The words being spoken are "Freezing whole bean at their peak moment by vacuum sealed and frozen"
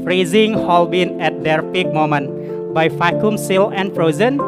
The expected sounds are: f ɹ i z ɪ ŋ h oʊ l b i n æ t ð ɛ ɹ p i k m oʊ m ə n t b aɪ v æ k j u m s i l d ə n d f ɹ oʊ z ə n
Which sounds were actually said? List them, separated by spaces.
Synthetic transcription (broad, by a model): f ɹ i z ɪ ŋ h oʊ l b i n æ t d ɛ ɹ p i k m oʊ m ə n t b aɪ f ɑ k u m s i l ə n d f ɹ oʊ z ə n